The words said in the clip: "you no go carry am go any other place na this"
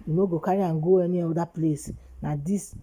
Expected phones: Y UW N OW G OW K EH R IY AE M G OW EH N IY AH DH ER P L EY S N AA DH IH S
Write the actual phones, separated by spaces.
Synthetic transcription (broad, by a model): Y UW N OW G OW K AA R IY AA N G OW EH N IY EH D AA P L EY S N AA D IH S